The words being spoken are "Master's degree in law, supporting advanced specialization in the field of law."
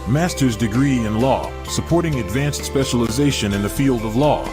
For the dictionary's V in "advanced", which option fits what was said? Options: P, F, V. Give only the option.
V